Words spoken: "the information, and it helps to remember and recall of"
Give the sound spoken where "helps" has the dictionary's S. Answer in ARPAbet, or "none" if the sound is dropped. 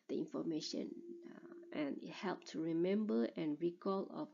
none